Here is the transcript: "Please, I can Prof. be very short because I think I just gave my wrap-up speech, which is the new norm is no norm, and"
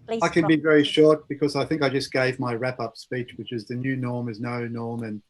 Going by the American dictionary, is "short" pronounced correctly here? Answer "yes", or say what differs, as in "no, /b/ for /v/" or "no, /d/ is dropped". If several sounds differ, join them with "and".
yes